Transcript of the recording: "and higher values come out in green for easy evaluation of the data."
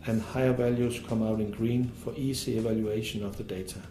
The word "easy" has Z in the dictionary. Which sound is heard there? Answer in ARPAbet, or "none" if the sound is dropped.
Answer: S